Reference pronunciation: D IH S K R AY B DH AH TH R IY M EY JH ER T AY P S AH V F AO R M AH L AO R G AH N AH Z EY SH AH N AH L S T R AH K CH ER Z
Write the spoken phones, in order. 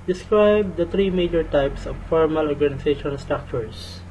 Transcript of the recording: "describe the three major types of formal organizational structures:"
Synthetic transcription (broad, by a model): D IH S K R AY B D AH T R IY M EY JH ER T AY P S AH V F AO R M AH L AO R G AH N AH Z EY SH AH N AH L S T R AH K CH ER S